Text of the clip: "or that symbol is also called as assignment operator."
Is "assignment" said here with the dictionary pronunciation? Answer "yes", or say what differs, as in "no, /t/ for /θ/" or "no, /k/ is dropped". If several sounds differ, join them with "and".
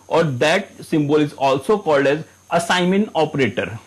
no, /n/ is dropped and /t/ is dropped